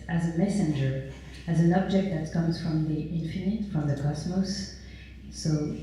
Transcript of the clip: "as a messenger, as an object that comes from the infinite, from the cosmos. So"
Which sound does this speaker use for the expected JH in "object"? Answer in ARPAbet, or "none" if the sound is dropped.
JH